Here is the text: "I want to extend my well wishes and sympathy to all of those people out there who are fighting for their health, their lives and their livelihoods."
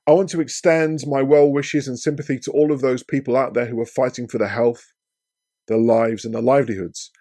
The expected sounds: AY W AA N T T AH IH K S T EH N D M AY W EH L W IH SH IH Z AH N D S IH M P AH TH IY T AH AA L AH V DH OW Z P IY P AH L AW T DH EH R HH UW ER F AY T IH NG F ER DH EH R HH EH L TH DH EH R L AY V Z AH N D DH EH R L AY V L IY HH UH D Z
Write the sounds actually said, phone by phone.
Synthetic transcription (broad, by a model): AY W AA N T T AH IH K S T EH N D M AY W EH L W IH SH IH Z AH N S IH M P AH TH IY T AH AA L AH V DH OW Z P IY P AH L AW T DH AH R HH UW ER F AY T IH NG F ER DH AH HH EH L TH DH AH L AY V Z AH N DH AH L AY V L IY HH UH D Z